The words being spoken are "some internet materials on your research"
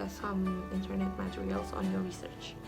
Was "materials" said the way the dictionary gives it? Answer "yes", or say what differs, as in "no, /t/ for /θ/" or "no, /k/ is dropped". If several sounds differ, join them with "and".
yes